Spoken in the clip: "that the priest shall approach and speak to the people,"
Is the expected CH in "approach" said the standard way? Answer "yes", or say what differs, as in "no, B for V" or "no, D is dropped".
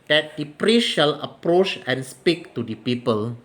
yes